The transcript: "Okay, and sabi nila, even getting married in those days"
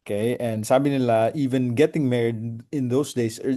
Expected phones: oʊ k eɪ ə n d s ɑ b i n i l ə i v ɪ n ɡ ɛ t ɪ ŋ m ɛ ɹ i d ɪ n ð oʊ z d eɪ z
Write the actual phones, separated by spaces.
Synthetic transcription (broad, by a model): k eɪ ə n d s ɑ b i n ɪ l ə i v ɪ n ɡ ɛ t ɪ ŋ m ɛ ɹ i d ɪ n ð oʊ s d eɪ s